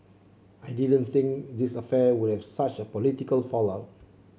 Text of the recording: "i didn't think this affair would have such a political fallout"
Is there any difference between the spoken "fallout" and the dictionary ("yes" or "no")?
yes